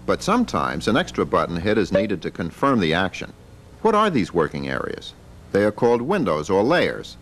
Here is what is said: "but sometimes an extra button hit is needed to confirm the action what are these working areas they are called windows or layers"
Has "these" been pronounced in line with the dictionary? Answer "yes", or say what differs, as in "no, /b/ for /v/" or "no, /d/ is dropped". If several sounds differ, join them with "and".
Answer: yes